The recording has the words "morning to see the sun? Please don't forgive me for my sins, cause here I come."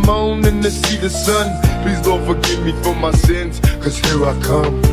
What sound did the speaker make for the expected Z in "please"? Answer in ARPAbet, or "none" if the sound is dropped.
Z